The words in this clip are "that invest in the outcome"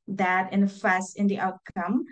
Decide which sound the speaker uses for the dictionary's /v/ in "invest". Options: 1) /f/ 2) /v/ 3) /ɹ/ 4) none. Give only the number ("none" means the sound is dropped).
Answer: 1